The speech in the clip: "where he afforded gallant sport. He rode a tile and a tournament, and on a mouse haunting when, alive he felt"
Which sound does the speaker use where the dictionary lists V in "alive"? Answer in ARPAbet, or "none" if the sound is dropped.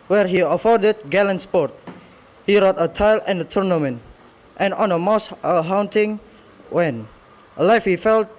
F